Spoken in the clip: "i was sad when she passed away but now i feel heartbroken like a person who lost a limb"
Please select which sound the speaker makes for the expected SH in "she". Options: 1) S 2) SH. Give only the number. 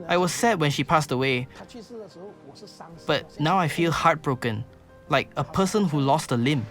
2